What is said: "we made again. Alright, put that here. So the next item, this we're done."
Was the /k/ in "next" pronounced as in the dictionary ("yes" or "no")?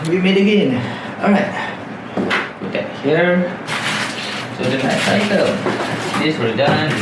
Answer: no